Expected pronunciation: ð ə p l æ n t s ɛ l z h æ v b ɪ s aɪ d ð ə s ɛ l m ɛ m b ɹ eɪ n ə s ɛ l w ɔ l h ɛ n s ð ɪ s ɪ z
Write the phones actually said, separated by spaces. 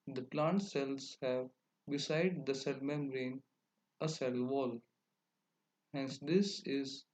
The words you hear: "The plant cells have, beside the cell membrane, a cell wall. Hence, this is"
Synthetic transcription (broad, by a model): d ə p l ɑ n t s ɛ l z h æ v b ɪ s aɪ d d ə s ɛ l m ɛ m ɹ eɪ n ə s ɛ l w ɔ l h ɛ n s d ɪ s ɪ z